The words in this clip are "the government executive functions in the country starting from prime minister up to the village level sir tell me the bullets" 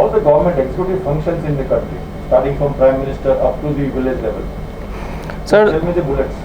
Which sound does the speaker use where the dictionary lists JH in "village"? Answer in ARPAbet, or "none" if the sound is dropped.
Z